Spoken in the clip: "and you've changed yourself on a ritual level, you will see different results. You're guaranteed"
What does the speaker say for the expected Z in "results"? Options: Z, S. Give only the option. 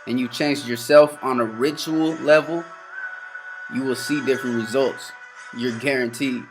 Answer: Z